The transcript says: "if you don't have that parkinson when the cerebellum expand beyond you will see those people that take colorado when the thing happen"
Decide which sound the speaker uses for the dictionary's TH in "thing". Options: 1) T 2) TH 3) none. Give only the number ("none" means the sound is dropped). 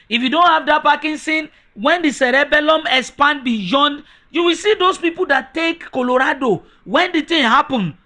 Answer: 1